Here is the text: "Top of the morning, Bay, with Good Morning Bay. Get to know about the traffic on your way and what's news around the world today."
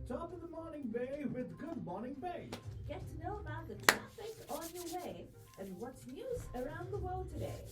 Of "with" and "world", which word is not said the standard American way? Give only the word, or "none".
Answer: none